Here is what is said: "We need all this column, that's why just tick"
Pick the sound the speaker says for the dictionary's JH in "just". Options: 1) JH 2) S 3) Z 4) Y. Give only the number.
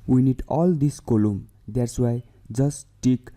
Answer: 3